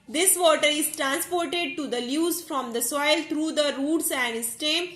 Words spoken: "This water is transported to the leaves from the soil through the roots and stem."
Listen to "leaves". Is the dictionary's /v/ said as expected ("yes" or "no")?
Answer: no